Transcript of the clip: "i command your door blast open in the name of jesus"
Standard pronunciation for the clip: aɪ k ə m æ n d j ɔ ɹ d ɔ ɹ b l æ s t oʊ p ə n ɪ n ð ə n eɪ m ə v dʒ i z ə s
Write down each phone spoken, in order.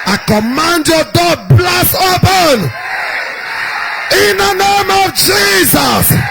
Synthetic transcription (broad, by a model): aɪ k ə m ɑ n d j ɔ d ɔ b l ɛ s oʊ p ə n ɪ n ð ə n eɪ m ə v dʒ i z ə s